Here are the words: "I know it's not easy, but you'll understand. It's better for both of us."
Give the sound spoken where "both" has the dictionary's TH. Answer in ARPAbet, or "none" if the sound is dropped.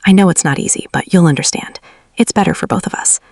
TH